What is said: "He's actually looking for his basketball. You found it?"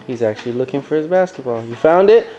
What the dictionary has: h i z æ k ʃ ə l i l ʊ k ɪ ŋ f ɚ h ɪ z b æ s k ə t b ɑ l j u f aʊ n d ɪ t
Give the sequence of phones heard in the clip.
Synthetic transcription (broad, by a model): h i z æ k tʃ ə l i l ʊ k ɪ ŋ f ɚ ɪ z b æ s k ə t b ɑ l j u f aʊ n d ɪ t